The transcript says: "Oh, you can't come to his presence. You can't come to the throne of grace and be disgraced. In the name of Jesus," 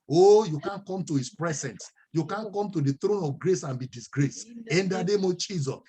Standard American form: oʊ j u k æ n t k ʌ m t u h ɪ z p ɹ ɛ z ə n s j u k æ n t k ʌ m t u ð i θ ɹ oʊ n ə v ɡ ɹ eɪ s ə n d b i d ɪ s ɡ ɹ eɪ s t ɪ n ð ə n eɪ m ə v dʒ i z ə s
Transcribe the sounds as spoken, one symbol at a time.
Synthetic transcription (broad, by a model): oʊ j u k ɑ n k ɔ m t u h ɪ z p ɹ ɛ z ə n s j u k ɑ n k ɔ m t u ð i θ ɹ oʊ n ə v ɡ ɹ eɪ s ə n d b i d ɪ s ɡ ɹ eɪ s ɪ n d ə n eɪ m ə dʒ i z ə s